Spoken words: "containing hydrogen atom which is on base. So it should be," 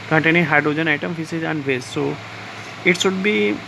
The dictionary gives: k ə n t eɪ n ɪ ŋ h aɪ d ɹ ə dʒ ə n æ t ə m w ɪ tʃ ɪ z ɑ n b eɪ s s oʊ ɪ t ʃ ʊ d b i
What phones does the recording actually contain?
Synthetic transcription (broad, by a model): k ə n t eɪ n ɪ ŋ h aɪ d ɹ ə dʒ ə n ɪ t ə m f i s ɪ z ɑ n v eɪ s s oʊ ɪ t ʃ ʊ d b i